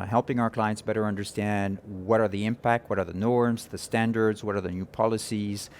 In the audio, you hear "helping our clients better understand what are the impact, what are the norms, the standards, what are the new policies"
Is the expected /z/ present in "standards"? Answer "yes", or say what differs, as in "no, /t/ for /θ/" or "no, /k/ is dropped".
yes